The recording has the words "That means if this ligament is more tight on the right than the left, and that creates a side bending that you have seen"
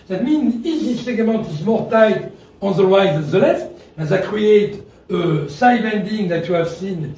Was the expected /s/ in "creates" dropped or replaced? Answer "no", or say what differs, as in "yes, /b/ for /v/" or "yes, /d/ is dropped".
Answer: yes, /s/ is dropped